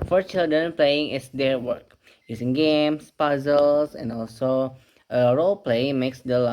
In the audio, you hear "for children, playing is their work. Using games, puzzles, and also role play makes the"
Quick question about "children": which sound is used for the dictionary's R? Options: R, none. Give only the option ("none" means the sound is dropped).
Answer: none